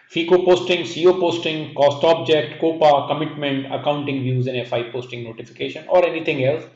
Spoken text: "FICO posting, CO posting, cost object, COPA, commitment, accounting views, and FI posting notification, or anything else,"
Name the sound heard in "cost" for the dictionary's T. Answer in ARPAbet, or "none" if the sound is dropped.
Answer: T